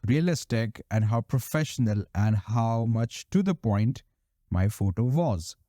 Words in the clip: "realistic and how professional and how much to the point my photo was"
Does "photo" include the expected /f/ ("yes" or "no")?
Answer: yes